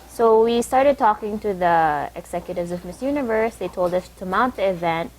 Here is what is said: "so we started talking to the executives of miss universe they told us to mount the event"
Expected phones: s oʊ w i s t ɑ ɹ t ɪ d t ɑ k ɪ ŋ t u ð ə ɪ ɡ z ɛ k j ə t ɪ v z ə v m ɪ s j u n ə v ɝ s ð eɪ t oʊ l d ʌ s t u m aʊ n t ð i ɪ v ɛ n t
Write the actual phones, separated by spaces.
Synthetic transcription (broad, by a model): s oʊ w i s t ɑ ɹ t ɪ d t ɑ k ɪ ŋ t u ð ə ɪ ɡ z ɛ k j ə t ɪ v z ə v m ɪ s j u n ə v ɝ s ð eɪ t oʊ l d ʌ s t u m aʊ n t ð i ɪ v ɛ n t